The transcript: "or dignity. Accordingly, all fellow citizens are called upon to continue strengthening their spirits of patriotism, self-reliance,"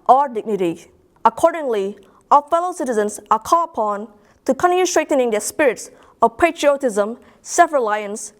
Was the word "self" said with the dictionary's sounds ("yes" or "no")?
no